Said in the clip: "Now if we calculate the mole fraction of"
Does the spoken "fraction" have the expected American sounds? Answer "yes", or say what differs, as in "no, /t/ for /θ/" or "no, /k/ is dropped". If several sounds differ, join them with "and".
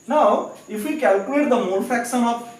no, /ɹ/ is dropped